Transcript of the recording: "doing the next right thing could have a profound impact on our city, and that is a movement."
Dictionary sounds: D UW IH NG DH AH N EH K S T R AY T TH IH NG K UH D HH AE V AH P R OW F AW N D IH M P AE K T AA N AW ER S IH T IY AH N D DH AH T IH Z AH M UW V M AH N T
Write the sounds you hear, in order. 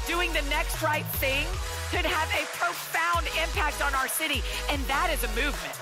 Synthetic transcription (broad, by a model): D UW IH NG DH AH N EH K S T R AY T TH IH NG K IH D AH V AH P R OW F AW N D IH M P AE K T N AW ER S IH T IY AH N DH AH T IH Z AH M UW V M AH N T